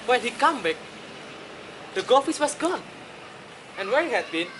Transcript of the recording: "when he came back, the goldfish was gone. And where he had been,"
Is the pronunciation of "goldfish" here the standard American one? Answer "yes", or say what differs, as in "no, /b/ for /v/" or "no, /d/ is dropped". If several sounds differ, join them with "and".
no, /s/ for /ʃ/